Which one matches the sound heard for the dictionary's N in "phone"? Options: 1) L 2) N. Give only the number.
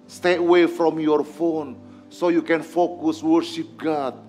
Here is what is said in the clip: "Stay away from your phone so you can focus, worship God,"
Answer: 2